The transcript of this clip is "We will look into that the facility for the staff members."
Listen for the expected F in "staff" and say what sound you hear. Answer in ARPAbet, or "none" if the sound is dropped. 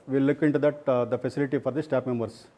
P